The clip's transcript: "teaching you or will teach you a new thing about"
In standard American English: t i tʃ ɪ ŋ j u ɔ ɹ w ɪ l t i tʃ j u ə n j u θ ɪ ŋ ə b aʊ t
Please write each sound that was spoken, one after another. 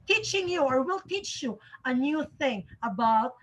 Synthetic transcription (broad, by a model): t i tʃ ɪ ŋ j u ɔ ɹ w ɪ l t i tʃ j u ə n j u θ ɪ ŋ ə b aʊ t